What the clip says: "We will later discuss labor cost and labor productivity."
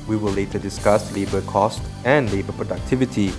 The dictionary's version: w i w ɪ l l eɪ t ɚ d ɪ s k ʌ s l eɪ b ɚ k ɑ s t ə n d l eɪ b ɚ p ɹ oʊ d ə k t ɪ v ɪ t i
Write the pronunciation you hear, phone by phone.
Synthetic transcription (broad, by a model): w i w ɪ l l eɪ t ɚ d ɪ s k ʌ s l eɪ b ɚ k ɑ s t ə n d l eɪ b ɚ p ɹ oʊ d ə k t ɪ v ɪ t i